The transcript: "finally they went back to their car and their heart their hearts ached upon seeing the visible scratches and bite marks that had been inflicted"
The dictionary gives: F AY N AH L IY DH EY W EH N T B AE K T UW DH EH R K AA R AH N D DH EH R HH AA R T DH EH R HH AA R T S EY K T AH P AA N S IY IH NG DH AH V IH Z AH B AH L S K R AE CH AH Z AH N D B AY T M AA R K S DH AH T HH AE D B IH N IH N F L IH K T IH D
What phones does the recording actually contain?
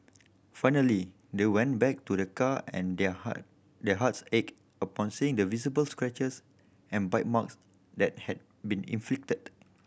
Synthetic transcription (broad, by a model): F AY N AH L IY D EY W EH N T B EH K T UW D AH K AA AH N D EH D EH HH AA T S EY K AH P AA N S IY IH NG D AH V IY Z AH B AH L S K R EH CH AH S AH N B AY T M AA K S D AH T HH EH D B IH N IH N F L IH K T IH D